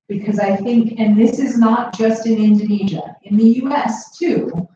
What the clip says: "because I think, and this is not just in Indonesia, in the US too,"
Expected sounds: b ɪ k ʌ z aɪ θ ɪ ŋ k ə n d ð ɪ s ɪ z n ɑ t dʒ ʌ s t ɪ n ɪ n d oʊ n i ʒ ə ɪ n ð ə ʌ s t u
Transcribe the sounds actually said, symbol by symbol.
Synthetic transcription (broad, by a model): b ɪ k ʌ z aɪ θ ɪ ŋ k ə n ð ɪ s ɪ z n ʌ t dʒ ʌ s t ɪ n ɪ n d oʊ n i ʒ ə ɪ n ð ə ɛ s t u